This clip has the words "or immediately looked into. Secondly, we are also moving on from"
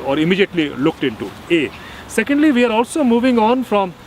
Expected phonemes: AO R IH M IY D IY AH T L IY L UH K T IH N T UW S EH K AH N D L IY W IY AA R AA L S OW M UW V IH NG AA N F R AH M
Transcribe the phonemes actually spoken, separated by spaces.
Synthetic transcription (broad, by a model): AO R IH M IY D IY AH T L IY L UH K T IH N T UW S EH K AH N D L IY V IY AA R AA L S OW M UW V IH NG AA N F R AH M